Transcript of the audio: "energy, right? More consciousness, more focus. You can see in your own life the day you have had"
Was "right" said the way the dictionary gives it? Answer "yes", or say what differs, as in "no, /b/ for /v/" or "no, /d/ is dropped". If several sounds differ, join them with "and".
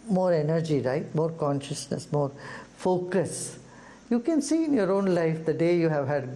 yes